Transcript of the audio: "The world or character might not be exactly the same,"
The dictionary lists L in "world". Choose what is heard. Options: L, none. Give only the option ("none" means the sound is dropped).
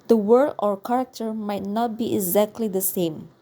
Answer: none